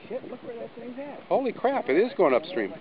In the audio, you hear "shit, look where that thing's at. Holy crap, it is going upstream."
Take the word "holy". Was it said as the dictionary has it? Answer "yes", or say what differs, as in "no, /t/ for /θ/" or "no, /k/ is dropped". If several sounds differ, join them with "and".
yes